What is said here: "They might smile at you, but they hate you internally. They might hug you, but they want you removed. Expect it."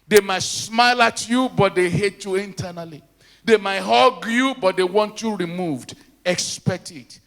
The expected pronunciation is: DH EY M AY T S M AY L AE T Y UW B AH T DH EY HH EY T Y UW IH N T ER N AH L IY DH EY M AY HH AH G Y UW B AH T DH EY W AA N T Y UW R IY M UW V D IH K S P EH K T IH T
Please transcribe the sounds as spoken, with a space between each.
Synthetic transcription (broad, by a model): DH EY M AY T S M AY L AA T Y UW B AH T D EY HH EY T Y UW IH N T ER N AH L IY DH EY M AY HH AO G Y UW B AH T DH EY W AA N T Y UW R IY M UW V D IH K S P EH K T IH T